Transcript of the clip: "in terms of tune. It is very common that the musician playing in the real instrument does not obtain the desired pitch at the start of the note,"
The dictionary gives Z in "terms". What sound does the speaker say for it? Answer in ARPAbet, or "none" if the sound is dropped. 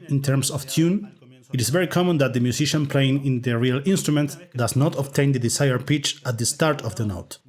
S